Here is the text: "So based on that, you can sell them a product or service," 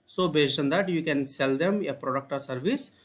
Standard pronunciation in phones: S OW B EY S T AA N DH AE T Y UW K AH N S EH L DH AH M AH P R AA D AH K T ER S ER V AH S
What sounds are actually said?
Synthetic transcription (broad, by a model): S OW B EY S AA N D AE T Y UW K AH N S EH L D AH M AH P R AA D AH K T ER S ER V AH S